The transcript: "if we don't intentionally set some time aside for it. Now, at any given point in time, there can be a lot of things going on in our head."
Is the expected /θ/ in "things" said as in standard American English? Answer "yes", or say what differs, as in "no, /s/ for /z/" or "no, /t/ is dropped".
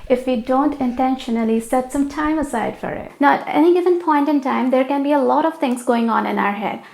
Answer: no, /t/ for /θ/